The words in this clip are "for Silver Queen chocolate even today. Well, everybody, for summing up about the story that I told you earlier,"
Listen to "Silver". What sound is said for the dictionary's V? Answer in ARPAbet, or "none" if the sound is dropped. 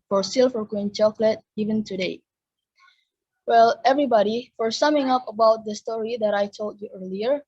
F